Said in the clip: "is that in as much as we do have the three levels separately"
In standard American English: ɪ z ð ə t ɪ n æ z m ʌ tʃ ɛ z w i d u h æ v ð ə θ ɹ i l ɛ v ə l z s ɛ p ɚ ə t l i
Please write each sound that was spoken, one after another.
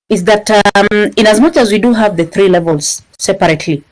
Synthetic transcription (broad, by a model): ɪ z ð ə t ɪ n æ z m ʌ tʃ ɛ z w i d u h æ v ð ə θ ɹ i l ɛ v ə l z s ɛ p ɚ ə t l i